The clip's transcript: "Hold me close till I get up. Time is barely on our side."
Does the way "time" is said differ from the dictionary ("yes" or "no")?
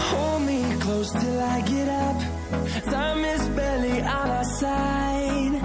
yes